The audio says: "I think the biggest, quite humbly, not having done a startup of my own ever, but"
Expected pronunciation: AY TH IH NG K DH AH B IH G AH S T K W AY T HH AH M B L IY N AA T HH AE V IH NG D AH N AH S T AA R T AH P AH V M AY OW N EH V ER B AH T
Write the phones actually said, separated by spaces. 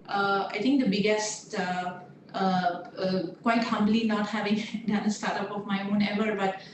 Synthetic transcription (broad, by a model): AY T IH NG K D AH B IH G AH S T K W AY T HH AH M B L IY N AA T HH AE V IH NG D AH N AH S T AA R T AH P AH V M AY OW N EH V ER B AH T